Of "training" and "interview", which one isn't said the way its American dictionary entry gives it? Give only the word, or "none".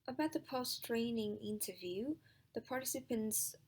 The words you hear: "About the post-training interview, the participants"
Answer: none